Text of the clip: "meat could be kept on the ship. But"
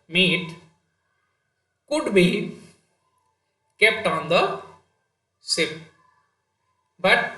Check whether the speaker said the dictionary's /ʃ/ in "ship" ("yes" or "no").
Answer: no